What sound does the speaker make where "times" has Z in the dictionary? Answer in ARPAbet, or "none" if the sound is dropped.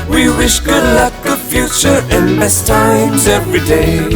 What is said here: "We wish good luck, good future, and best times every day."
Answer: Z